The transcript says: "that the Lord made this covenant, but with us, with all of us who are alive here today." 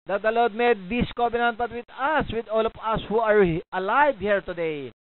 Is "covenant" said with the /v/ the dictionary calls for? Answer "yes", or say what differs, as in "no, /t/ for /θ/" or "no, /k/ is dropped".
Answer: no, /b/ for /v/